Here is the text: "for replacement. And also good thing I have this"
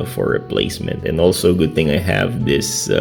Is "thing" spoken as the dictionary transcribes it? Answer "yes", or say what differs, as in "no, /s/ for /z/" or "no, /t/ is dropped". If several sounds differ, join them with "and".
yes